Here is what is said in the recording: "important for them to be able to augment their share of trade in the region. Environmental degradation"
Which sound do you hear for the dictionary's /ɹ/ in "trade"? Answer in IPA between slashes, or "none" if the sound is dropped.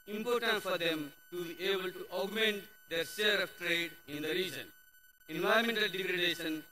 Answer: /ɹ/